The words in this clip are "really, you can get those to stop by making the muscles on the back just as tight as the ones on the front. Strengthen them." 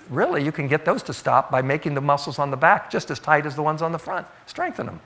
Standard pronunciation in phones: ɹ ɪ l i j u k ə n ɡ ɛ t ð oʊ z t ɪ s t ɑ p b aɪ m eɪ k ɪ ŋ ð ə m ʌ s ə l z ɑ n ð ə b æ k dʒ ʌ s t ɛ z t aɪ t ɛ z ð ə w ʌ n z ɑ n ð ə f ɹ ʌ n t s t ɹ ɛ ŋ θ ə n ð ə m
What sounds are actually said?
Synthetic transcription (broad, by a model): ɹ ɪ l i j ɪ k ə n ɡ ɛ t ð oʊ z t ɪ s t ɑ p b aɪ m eɪ k ɪ ŋ ð ə m ʌ s l z n ð ə b æ k dʒ ʌ s t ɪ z t aɪ t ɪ z ð ə w ʌ n z n ð ə f ɹ ʌ n t s t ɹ ɛ ŋ θ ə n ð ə m